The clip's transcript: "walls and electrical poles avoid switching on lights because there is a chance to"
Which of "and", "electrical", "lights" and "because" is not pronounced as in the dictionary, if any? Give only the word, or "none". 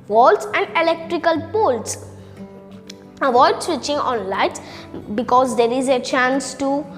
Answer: lights